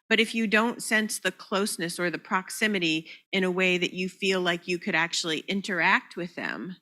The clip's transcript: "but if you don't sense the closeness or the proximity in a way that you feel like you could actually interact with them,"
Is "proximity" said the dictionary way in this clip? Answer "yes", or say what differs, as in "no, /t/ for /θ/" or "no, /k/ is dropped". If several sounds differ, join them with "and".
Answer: yes